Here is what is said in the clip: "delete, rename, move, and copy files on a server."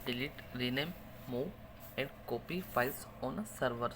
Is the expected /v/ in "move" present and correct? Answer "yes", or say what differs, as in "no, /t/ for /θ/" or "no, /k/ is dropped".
no, /v/ is dropped